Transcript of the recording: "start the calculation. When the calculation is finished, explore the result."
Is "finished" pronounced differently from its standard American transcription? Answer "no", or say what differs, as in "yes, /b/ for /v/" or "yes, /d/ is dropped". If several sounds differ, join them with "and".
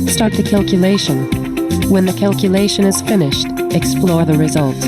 no